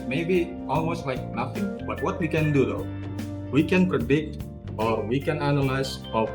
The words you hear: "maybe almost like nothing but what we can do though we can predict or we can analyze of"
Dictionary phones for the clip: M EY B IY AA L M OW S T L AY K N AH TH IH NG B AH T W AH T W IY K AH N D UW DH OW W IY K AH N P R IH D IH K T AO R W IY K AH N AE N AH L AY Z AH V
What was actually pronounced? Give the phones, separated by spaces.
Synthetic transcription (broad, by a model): M EY B IY AA L M OW S T L AY K N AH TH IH NG B AH T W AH T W IY K AH N D UW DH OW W IY K AH N P R IH D IH K T AO R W IY K AH N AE N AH L AY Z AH